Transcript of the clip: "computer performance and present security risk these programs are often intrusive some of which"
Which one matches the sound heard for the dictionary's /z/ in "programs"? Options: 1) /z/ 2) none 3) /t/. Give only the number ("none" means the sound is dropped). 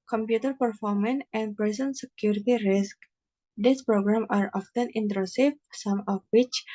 2